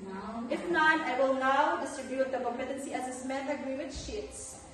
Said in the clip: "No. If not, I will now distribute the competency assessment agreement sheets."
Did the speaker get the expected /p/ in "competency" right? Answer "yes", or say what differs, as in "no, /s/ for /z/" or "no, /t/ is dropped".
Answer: no, /p/ is dropped